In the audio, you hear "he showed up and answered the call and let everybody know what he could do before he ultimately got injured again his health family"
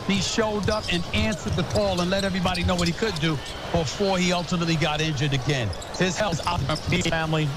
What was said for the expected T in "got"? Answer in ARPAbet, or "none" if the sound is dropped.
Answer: T